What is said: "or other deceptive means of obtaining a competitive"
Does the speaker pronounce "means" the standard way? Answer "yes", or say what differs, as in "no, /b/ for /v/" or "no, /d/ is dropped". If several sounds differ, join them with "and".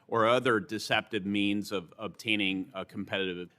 yes